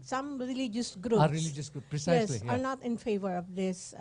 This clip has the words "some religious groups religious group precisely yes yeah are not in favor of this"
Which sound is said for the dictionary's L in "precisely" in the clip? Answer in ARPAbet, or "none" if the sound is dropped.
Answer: none